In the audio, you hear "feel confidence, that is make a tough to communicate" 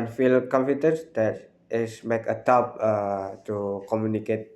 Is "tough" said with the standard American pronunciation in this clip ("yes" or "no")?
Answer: no